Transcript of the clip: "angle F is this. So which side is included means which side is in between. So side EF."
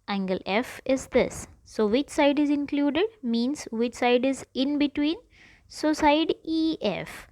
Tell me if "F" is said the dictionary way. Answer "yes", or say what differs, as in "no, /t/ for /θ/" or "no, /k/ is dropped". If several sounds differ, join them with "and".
yes